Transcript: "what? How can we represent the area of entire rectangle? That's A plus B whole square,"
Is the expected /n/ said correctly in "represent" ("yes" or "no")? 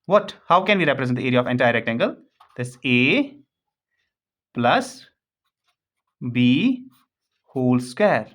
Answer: no